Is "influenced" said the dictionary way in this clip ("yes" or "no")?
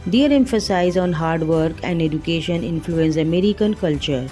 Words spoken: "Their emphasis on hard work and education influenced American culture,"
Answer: no